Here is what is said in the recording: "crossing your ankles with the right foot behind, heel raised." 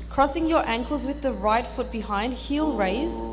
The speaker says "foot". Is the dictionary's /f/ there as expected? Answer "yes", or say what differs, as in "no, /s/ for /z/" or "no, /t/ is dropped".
yes